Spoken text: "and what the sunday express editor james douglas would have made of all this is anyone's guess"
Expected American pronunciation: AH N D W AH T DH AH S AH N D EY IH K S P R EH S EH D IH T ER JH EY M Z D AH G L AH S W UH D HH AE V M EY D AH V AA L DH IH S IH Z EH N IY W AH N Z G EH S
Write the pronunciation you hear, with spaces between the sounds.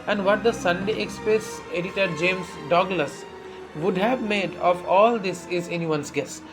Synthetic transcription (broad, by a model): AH N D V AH T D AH S AH N D EY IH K S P EH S EH D IH T ER JH EY M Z D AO G L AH S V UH D HH AE V M EY D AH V AA L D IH S IH Z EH N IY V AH N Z G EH S